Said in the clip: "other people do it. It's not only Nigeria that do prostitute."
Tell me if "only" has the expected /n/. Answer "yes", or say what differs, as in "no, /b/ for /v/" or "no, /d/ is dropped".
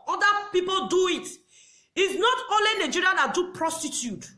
no, /n/ is dropped